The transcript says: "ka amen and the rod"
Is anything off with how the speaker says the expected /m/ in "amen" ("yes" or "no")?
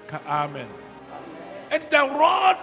no